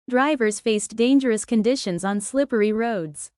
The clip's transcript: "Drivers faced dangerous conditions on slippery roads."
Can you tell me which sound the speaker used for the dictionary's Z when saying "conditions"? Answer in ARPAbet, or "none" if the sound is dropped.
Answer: Z